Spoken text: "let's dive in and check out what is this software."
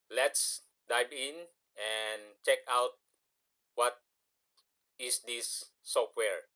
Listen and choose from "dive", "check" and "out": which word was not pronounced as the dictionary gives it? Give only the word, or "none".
dive